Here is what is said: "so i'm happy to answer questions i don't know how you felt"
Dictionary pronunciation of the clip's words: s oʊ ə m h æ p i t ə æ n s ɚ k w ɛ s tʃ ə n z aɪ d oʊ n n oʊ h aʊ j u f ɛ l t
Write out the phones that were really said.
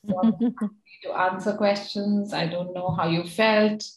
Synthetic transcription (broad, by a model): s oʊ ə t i t ə n s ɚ k w ɛ s tʃ ə n z aɪ d oʊ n n oʊ h aʊ j u f ɛ l t